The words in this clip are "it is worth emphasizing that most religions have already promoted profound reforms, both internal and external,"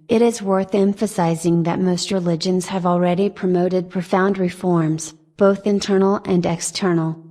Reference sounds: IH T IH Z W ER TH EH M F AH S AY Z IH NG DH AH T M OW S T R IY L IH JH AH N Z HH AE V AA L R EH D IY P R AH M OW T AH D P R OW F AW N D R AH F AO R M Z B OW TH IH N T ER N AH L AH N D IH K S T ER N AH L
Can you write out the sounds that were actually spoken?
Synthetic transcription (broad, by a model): IH T IH Z W ER TH EH M F AH S AY Z IH NG DH AH T M OW S T R IY L IH JH AH N Z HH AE V L R EH D IY P R AH M OW T AH D P R OW F AW N D R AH F AO R M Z B OW TH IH N T ER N L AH N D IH K S T ER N L